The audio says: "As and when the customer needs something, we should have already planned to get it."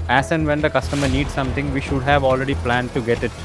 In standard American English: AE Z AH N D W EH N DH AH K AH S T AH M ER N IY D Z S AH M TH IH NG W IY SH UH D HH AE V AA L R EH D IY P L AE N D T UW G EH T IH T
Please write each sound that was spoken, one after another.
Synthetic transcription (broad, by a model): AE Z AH N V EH N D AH K AH S T AH M ER N IY D S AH M T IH NG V IY SH UH D HH AE V AA L R EH D IY P L AE N D T UW G EH T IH T